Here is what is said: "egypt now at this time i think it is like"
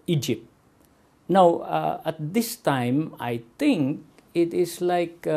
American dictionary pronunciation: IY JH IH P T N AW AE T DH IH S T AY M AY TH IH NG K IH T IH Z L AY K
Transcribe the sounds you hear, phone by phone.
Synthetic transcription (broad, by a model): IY JH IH P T N AW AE T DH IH S T AY M AY T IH NG K IH T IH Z L AY K